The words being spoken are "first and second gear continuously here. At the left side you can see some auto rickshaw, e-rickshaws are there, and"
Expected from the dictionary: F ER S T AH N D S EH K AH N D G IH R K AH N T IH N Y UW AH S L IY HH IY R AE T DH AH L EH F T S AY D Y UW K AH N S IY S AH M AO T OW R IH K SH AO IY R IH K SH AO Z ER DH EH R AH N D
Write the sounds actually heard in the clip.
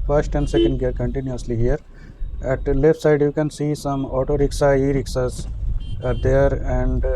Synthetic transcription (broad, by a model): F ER S T AH N D S EH K AH N D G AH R K AH N T IH N Y UW AH S L IY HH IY R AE T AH L EH F T S AY D Y UW K AH N S IY S AH M AO T OW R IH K S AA IY R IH K S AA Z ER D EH R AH N D